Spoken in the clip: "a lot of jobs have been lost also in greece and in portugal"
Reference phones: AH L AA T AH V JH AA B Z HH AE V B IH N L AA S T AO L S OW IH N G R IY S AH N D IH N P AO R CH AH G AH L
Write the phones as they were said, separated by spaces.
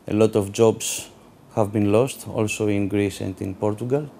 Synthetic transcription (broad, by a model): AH L AA T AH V JH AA B S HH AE V B IH N L AA S T AO L S OW IH N G R IY S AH N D IH N P AO R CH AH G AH L